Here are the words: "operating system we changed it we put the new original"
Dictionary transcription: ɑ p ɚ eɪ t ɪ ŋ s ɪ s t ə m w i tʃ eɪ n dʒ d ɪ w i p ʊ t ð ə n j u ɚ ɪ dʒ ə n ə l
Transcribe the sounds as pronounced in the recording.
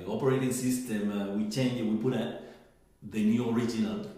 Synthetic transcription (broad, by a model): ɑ p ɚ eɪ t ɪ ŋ s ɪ s t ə m w i tʃ eɪ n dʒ ɪ w i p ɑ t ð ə n j u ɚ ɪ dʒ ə n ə l